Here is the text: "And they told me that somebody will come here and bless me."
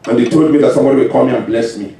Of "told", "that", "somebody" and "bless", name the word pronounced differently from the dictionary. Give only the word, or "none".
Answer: none